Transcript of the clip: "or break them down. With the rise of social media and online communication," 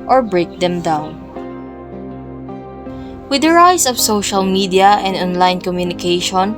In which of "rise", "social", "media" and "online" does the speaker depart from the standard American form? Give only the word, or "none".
rise